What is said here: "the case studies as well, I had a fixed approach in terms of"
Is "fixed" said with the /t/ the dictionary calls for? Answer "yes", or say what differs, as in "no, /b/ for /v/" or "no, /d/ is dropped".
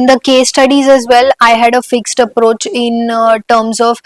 yes